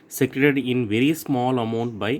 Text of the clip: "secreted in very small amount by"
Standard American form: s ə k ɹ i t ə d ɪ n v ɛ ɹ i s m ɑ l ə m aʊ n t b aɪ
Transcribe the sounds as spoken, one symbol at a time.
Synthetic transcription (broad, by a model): s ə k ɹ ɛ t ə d ɪ n v ɛ ɹ i s m ɑ l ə m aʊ n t b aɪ